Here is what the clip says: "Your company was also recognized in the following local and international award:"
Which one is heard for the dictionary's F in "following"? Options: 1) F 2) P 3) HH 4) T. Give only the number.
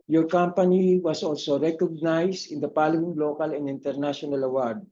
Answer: 2